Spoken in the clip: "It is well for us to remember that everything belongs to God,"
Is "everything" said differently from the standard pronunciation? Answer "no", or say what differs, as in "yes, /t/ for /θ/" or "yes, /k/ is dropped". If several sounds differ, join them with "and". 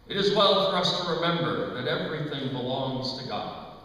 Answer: no